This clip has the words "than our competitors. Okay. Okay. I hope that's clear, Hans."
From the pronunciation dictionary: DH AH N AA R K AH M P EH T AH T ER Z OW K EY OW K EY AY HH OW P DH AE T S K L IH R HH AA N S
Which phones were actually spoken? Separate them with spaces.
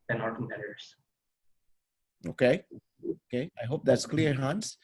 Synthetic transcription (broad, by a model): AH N AA R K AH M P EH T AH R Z OW K EY OW K EY AY HH OW P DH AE T S K L IH R HH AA N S